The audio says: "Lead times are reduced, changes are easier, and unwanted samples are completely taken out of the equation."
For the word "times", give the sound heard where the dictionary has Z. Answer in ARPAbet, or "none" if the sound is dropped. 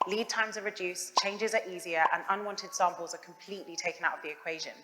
Z